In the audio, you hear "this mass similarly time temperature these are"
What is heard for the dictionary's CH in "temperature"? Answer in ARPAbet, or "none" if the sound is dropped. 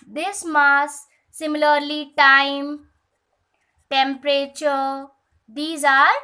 CH